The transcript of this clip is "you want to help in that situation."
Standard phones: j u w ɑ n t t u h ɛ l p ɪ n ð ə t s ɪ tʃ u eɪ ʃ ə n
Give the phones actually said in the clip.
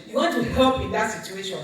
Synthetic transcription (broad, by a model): j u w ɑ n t t u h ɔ p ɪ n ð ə t s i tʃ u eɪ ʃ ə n